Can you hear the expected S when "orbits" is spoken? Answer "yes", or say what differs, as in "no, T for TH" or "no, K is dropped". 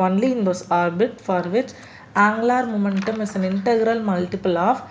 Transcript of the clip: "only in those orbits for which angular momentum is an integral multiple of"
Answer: no, S is dropped